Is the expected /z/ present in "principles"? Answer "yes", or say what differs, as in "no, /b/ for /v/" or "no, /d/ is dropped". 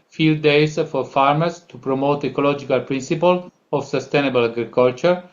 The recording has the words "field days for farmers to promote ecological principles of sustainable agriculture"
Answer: no, /z/ is dropped